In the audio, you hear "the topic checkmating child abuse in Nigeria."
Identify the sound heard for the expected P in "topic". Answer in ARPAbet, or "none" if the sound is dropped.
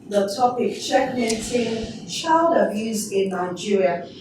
P